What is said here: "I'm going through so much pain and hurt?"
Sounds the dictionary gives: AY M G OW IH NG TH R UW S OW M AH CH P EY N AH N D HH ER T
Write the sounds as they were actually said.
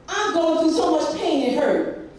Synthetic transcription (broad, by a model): AY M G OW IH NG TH UW S OW M AH CH P EY N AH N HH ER